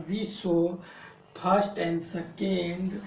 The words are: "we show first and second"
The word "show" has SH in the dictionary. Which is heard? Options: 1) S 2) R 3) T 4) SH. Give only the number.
1